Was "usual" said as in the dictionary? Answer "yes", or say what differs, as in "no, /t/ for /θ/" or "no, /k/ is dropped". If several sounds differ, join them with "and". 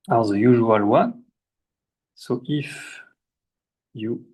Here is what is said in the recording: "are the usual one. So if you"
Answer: yes